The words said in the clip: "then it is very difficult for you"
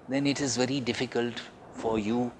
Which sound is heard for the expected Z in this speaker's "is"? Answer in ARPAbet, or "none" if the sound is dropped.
Z